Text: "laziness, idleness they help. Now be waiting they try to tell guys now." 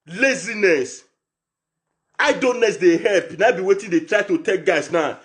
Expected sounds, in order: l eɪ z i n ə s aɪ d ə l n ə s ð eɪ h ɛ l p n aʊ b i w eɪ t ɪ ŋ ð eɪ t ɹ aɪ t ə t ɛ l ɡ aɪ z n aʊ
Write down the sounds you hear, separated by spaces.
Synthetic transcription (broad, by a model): l eɪ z i n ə s aɪ d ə n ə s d eɪ h ɛ l p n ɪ b i w eɪ t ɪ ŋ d eɪ t ɹ aɪ t ə t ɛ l ɡ aɪ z n aʊ